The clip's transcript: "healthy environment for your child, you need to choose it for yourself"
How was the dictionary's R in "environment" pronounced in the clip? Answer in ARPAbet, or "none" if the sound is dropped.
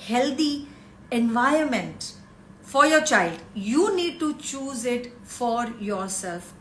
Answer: none